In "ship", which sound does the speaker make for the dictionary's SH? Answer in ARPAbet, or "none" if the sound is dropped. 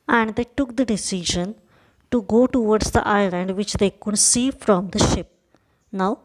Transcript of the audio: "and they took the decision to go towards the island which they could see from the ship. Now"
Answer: SH